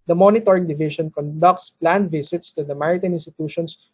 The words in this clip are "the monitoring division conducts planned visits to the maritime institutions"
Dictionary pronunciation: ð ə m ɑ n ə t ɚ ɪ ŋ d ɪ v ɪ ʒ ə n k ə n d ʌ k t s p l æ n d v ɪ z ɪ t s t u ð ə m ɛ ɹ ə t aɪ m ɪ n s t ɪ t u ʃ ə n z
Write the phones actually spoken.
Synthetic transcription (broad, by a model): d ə m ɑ n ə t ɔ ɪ ŋ d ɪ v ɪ ʃ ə n k ə n d ʌ k t s p l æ n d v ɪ s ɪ t s t u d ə m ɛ ɹ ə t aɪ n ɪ n s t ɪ t u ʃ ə n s